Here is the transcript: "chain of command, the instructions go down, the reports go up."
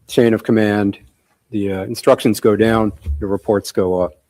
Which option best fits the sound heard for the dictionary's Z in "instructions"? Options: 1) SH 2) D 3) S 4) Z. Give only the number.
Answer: 4